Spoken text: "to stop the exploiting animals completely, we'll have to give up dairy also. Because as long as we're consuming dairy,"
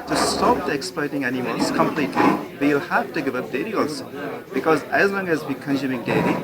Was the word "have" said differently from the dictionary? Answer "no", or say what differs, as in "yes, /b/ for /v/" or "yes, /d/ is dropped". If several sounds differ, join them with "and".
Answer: yes, /f/ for /v/